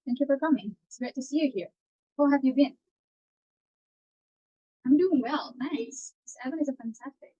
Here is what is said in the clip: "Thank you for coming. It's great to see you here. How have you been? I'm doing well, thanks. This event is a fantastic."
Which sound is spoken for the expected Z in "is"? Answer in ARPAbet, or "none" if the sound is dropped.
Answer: Z